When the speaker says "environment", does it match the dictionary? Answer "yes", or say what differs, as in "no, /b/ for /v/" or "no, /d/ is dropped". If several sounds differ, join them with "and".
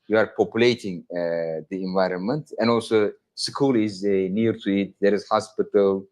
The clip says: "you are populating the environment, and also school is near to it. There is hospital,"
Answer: yes